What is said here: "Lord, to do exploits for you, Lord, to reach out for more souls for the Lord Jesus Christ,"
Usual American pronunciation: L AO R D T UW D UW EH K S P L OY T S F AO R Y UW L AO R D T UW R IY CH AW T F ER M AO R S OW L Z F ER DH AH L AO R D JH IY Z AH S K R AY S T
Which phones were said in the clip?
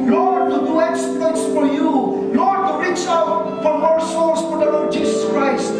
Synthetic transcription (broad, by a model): L AO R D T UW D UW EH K S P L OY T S F AO R Y UW L AO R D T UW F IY S AW T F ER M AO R S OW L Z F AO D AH L AO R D JH IY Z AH S K R AY S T